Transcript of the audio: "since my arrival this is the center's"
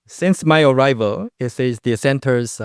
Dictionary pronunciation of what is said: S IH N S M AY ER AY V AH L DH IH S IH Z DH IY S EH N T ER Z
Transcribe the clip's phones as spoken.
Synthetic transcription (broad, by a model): S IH N S M AY ER AY V AH L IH S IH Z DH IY S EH N T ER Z